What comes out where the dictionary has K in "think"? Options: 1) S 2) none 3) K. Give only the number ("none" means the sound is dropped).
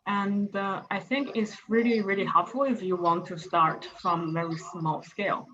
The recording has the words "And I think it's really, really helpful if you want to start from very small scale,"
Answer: 3